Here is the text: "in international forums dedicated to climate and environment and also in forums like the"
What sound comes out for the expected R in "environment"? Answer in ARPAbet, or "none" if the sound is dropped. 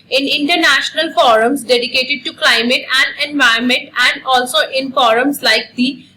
none